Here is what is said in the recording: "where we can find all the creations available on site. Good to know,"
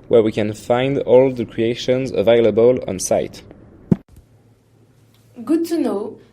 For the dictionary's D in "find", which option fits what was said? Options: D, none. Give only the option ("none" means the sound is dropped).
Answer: D